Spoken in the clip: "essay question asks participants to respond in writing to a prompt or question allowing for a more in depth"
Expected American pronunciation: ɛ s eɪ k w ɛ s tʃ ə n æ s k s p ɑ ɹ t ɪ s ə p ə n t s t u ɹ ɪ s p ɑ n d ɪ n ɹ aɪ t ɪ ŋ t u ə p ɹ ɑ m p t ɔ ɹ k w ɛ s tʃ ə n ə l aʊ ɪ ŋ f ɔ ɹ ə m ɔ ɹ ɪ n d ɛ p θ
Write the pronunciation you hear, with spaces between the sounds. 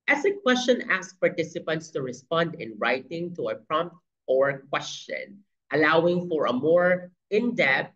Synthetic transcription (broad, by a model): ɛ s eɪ k w ɛ s tʃ ə n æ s s p ɑ ɹ t ɪ s ə p ə n t s t u ɹ ɪ s p ɑ n d ɪ n ɹ aɪ t ɪ ŋ t u ə p ɹ ɑ m p t ɔ ɹ k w ɛ s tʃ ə n ə l aʊ ɪ ŋ f ɔ ɹ ə m ɔ ɹ ɪ n d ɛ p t